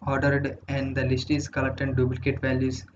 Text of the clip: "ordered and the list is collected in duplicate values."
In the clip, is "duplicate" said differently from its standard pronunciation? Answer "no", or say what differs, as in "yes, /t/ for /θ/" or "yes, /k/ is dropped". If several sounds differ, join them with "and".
yes, /b/ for /p/